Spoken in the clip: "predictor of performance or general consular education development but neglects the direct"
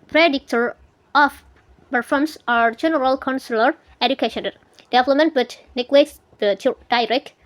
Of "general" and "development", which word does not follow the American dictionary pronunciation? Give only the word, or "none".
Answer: development